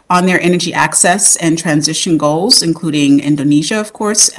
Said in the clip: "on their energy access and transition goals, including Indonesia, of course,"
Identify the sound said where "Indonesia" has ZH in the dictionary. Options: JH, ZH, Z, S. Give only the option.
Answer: ZH